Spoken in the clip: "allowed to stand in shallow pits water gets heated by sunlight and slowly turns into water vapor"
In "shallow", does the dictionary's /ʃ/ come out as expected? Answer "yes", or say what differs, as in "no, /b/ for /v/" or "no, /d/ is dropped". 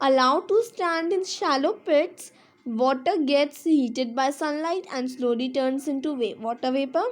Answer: yes